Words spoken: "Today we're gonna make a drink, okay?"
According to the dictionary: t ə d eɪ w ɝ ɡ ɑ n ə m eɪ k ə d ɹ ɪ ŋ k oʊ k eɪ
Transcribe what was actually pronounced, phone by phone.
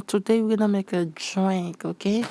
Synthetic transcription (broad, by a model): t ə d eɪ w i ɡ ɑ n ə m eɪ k ə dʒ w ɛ k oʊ k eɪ